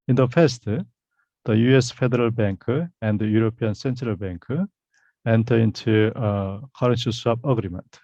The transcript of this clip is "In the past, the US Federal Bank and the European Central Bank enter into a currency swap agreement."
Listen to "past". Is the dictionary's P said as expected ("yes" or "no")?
no